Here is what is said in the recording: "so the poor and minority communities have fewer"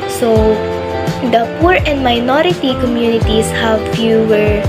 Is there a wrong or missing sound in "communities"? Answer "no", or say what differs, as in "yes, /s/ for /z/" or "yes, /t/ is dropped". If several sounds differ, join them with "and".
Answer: yes, /s/ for /z/